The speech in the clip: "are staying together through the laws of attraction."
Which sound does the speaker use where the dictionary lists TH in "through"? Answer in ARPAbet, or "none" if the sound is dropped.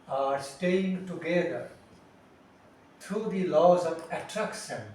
T